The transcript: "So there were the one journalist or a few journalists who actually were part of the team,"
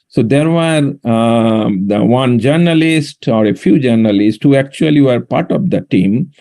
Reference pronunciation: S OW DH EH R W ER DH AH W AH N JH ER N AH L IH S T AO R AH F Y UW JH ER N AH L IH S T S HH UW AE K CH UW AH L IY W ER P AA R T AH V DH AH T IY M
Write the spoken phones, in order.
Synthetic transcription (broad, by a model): S OW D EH R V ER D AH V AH N JH ER N AH L IH S T AO R AH F Y UW JH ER N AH L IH S T HH UW AE K CH UW AH L IY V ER P AA R T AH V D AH T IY M